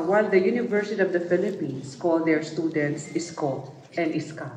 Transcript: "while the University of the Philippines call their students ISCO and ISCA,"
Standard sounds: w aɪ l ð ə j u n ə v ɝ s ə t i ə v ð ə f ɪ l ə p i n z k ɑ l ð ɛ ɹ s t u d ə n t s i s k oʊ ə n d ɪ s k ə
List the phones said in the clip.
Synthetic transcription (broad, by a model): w aɪ l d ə j u n ə v ɝ s ə t i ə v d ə f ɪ l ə p i n s k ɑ l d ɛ ɹ s t u d ə n t s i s k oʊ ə n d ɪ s k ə